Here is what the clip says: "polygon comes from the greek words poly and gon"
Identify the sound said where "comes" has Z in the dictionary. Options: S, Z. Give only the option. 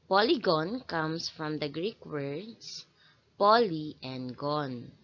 S